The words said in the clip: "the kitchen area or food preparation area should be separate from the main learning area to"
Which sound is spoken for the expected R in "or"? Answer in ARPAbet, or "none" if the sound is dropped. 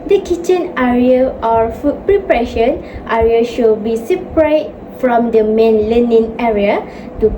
R